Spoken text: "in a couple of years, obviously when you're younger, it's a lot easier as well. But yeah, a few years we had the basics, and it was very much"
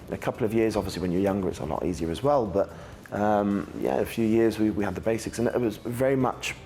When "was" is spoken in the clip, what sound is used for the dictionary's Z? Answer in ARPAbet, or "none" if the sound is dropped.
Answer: Z